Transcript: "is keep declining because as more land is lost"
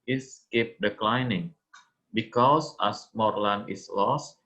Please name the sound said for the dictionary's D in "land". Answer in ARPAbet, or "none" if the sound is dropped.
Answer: none